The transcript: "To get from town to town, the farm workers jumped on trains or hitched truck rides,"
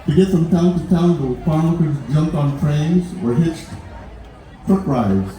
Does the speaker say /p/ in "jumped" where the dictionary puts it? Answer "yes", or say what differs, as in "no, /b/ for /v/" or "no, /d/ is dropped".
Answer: yes